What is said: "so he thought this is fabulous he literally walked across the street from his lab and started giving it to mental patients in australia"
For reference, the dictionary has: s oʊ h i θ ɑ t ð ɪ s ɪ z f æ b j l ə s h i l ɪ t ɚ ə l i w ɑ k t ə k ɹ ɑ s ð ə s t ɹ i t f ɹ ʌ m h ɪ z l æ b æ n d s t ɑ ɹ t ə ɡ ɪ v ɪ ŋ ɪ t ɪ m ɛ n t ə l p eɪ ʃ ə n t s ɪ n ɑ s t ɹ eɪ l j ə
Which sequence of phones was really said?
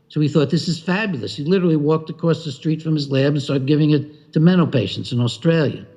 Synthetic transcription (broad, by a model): s oʊ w i θ ɑ t ð ɪ s ɪ z f æ b j l ə s h i l ɪ t ɚ l i w ɑ k t ə k ɹ ɑ s ð ə s t ɹ i t f ɹ ʌ m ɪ z l æ b n s t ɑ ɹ ɡ ɪ v ɪ ŋ ɪ t ɪ m ɛ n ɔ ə p eɪ ʃ n t s ɪ n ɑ s t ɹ eɪ l j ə